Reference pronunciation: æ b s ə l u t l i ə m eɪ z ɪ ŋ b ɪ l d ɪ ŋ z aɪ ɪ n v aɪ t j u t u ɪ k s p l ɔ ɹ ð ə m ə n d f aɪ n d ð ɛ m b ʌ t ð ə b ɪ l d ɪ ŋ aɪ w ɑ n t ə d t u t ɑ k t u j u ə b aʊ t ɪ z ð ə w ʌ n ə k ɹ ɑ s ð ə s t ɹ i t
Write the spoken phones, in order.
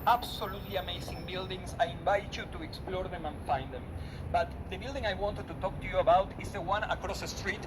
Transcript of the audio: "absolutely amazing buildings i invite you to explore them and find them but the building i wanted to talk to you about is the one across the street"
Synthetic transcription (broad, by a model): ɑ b s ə l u t l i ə m eɪ s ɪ ŋ b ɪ l d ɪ ŋ s aɪ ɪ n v aɪ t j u t u ɪ k s p l ɔ ɹ ð ə m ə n f aɪ n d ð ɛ m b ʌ t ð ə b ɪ l d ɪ ŋ aɪ w ɑ n t ə d t u t ɑ k t u j u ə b aʊ t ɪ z ð ə w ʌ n ə k ɹ ɑ s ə s t ɹ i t